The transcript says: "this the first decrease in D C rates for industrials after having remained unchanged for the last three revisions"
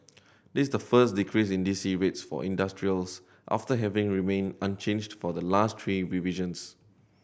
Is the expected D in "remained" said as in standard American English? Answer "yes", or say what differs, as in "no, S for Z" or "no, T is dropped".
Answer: no, D is dropped